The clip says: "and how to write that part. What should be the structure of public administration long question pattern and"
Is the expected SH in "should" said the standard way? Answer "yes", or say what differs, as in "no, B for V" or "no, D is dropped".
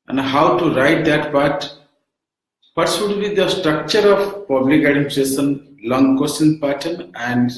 no, S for SH